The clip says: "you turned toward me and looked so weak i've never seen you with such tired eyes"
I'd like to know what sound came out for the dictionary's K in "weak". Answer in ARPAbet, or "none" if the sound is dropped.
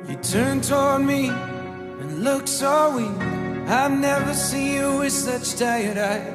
none